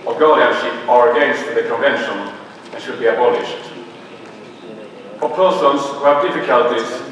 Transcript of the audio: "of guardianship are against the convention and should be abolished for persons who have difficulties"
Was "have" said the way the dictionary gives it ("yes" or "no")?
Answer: yes